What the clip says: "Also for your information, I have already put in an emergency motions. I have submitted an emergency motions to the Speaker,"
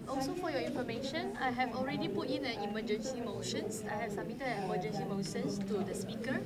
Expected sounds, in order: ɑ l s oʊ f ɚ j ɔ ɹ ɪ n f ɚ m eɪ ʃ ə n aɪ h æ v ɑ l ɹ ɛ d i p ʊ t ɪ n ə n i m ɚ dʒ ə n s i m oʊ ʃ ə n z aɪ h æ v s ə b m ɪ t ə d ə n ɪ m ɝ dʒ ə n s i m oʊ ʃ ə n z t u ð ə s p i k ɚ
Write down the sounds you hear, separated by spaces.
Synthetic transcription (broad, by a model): ɑ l s oʊ f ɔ j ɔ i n f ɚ m eɪ ʃ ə n aɪ h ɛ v ɑ l ɹ ɛ d i p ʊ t ɪ n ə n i m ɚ dʒ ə n s i m oʊ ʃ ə n s aɪ h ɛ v s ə m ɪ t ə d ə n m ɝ dʒ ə n s i m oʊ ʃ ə n s t u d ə s p i k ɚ